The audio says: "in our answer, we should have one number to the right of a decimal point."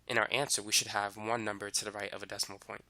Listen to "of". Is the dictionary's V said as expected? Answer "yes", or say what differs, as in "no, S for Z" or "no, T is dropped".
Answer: yes